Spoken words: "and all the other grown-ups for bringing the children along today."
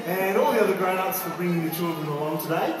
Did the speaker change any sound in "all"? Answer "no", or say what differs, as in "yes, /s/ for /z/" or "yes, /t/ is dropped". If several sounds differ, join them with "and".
no